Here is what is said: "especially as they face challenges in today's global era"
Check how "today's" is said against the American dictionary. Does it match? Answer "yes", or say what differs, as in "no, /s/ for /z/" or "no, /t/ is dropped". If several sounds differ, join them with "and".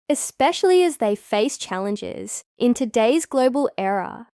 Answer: yes